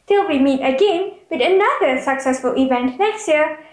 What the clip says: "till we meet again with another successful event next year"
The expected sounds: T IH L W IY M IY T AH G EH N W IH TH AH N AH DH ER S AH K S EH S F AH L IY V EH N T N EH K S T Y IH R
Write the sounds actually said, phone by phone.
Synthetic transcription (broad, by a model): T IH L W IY M IY T AH G EH N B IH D AH N AH DH ER S AH K S EH S F AH L IY V EH N T N EH K S T Y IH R